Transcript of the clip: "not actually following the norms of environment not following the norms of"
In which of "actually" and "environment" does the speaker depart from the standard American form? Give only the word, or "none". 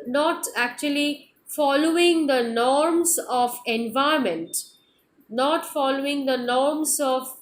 environment